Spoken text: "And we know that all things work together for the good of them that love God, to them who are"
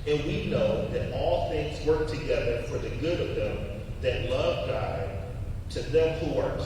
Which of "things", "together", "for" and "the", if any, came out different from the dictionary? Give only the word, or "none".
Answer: none